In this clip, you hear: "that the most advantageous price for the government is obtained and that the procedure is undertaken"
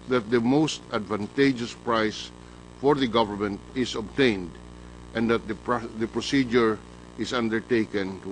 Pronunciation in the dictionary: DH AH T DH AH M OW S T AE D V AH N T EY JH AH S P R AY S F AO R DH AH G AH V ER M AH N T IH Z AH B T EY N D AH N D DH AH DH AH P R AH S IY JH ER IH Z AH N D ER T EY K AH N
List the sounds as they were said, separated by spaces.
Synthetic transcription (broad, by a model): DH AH T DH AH M OW S T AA D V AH N T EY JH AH S P R AY S F AO R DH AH G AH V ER M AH N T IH S AH B T EY N D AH N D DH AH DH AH P R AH S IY JH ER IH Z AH N D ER T EY K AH N